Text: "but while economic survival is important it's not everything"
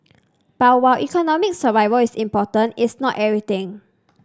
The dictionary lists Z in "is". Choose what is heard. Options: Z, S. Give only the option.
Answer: S